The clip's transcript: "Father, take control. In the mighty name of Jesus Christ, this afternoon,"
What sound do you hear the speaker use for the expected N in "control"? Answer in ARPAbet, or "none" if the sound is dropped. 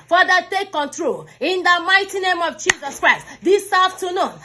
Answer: N